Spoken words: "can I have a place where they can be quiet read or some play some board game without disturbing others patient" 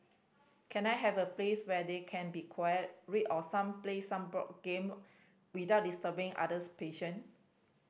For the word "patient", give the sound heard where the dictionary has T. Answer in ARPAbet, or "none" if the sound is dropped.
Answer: none